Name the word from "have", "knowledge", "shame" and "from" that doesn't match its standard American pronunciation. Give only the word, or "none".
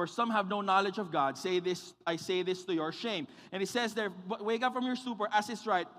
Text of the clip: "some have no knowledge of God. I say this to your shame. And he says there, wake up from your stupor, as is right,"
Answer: none